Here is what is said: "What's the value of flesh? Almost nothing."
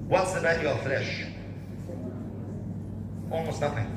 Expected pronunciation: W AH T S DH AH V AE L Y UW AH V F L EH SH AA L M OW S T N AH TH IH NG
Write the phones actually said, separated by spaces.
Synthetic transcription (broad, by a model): W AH T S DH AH B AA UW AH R F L EH SH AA L M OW S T N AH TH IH NG